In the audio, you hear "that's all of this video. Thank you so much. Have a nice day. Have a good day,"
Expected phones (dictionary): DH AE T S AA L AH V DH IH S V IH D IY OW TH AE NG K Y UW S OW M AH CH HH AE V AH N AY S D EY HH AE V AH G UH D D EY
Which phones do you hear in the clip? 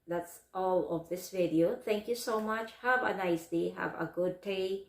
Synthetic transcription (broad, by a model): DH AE T S AA L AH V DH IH S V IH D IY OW T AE NG K Y UW S OW M AH CH HH AE V AH N AY S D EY HH AE V AH G UH D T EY